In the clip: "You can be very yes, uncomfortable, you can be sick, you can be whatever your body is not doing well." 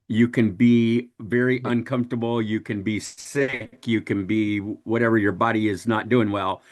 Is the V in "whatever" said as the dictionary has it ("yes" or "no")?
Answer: yes